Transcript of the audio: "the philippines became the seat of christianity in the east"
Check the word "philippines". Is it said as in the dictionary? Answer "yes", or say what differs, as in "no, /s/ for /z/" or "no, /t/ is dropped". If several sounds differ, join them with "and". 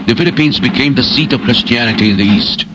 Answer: yes